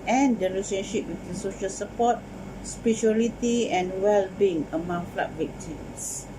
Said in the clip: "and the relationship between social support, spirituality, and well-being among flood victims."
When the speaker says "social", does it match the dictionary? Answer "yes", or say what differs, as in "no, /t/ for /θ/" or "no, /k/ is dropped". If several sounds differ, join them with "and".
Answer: yes